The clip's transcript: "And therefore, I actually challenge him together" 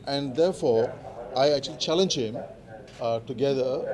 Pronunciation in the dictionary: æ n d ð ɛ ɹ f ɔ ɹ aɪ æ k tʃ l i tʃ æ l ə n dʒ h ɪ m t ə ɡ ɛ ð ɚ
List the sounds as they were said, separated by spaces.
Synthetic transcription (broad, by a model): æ n d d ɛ ɹ f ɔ ɹ aɪ æ k tʃ l i tʃ æ l ə n dʒ h ɪ m t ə ɡ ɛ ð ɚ